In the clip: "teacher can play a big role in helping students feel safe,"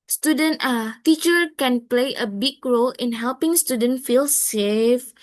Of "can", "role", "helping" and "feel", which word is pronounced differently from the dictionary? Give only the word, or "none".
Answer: none